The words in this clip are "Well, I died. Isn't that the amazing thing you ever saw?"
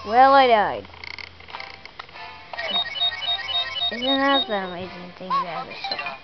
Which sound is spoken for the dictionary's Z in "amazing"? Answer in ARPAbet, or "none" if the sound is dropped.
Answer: Z